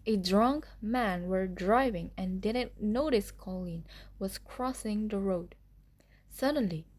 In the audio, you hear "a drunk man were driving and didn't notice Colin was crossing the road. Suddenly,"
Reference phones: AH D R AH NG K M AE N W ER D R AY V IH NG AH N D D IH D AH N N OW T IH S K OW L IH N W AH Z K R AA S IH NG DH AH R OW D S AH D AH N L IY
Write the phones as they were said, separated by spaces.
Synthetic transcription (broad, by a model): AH D R AH NG K M AE N W ER D R AY V IH NG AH N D D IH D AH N N OW T IH S K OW L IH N W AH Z K R AA S IH NG DH AH R OW D S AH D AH N L IY